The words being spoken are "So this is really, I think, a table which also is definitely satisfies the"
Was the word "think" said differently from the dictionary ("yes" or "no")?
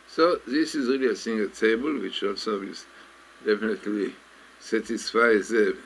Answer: yes